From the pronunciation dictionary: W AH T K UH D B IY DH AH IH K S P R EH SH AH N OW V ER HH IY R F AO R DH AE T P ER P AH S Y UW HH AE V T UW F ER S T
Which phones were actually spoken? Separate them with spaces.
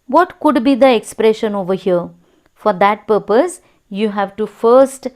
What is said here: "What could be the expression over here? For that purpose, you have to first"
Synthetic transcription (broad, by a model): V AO T K UH D B IY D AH IH K S P R EH SH AH N OW V ER HH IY R F AO R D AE T P ER P AH S Y UW HH AE V T UW F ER S T